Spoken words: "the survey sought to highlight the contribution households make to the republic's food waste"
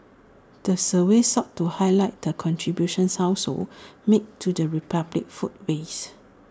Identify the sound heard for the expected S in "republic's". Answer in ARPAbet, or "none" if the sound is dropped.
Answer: none